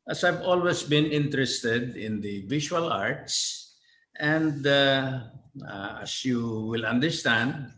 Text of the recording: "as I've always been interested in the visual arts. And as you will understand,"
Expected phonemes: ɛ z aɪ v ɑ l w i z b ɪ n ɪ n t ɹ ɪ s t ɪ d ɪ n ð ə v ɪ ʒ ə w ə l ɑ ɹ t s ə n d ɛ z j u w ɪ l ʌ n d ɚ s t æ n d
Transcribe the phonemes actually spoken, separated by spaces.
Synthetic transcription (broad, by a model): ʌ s aɪ v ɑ l w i s b ɪ n ɪ n t ɹ ɪ s t ɪ d ɪ n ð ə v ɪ ʃ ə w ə l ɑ ɹ t s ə n d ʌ s j u w ɪ l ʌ n d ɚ s t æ n d